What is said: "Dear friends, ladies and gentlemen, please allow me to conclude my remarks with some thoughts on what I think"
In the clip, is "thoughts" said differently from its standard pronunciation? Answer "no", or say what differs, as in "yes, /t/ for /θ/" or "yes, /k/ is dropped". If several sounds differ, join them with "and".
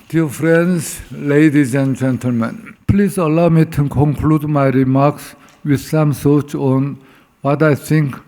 yes, /s/ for /θ/